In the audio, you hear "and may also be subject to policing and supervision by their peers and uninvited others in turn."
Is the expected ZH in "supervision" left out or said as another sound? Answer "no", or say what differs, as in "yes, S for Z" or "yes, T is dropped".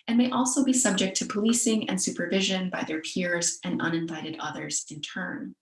no